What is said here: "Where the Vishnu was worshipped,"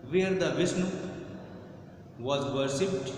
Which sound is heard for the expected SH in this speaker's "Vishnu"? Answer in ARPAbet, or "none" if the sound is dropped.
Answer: S